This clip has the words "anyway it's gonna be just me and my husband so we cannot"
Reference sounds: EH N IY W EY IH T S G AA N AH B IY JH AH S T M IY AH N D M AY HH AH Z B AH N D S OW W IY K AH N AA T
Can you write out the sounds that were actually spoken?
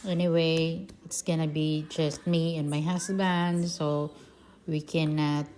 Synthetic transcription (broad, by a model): EH N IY W EY IH T S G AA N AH B IY JH AH S T M IY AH N M AY HH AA S B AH N D S OW W IY K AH N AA T